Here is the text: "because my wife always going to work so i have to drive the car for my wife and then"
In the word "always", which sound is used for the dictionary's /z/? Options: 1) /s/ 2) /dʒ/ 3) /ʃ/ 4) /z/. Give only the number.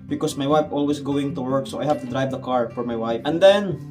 1